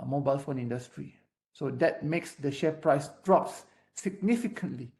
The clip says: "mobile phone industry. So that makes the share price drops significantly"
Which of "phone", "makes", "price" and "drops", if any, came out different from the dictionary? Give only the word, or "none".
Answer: none